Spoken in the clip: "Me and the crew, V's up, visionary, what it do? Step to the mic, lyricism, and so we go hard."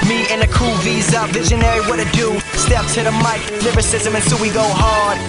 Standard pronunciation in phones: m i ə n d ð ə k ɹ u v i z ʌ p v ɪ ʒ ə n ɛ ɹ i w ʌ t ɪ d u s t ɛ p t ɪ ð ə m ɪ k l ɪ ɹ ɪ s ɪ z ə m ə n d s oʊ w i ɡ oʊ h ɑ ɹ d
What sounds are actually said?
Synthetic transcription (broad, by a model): m i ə n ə k u v i z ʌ v ɪ ʒ ə n ɛ ɹ i w ʌ t ɪ d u s t ɛ p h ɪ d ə m ɪ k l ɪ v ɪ s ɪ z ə m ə n s oʊ w i ɡ oʊ h ɑ ɹ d